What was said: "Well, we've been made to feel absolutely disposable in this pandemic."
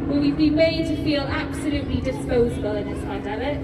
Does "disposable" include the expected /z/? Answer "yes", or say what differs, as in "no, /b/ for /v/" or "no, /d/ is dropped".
yes